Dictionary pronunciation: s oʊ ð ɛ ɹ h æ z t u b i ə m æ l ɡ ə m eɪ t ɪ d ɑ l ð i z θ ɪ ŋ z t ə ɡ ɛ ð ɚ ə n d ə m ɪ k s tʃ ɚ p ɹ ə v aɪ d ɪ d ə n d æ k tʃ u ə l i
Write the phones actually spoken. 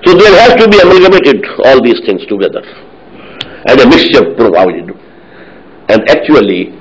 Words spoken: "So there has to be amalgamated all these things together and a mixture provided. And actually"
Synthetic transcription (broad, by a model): s oʊ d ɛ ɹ h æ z t u b i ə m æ ɡ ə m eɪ t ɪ d ɑ l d i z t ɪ ŋ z t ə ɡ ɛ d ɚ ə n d ə m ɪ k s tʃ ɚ p ɹ ə v aɪ d ɪ d ə n d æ k tʃ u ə l i